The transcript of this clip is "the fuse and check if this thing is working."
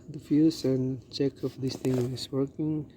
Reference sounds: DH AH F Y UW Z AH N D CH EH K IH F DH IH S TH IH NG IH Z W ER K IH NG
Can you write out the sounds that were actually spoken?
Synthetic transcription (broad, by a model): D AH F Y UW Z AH N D CH EH K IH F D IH S T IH NG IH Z W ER K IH NG